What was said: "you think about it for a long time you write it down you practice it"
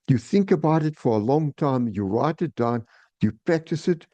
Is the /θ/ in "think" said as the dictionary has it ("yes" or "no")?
yes